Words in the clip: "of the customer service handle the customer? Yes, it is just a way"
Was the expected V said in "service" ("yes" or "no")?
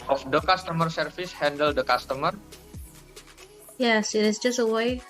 no